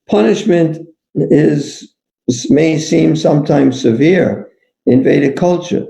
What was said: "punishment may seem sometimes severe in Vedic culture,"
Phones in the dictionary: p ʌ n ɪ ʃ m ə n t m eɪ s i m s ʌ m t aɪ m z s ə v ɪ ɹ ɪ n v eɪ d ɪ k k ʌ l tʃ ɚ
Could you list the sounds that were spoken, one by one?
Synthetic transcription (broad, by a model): p ʌ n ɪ ʃ m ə n t m eɪ s i m s ʌ m t aɪ m z s ə v ɪ ɹ ɪ n v eɪ d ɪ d k ʌ l tʃ ɚ